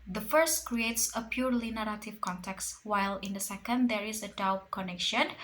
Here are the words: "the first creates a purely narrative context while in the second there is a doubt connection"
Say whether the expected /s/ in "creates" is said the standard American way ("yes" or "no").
yes